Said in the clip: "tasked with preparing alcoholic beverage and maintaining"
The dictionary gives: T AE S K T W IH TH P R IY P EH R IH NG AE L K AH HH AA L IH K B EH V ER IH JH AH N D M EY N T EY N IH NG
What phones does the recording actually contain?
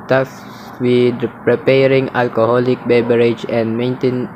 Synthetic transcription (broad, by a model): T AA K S W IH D P R IY P EH R IH NG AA L K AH HH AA L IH K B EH B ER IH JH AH N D M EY N T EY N